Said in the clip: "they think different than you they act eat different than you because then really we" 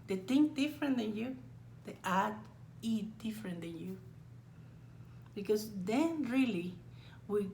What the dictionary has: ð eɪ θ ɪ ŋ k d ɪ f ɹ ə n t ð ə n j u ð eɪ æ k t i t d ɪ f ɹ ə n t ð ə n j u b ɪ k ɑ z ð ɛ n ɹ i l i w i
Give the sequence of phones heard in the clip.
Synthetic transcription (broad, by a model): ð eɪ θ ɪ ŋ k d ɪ f ɹ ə n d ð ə n j u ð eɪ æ t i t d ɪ f ɹ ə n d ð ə n j u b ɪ k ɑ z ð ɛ n ɹ i l i w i